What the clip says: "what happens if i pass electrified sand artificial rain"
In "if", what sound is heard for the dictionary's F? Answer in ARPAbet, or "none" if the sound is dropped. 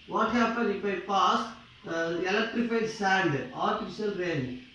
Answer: P